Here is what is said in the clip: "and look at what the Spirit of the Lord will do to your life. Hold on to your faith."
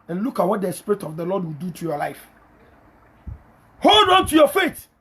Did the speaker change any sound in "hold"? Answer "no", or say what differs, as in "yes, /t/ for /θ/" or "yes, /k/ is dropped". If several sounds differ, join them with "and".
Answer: no